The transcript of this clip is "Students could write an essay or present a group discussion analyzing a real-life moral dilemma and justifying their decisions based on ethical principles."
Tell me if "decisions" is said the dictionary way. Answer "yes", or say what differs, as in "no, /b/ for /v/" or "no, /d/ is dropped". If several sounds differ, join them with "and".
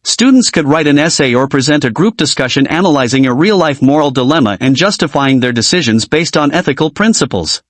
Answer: yes